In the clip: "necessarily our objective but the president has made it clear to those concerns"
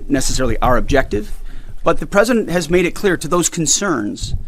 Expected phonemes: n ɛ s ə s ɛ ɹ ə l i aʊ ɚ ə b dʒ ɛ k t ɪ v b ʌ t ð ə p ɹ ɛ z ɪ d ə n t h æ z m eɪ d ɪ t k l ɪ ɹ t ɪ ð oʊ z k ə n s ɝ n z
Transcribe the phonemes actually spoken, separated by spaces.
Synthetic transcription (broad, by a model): n ɛ s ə s ɛ ɹ l i aʊ ɚ ə b dʒ ɛ k t ɪ v b ʌ t ð ə p ɹ ɛ z ɪ d ə n t h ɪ z m eɪ d ɪ t k l ɪ ɹ t ɪ ð oʊ z k n s ɝ n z